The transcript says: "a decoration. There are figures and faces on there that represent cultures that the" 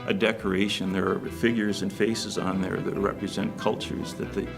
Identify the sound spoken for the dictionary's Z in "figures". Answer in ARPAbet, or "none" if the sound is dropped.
Z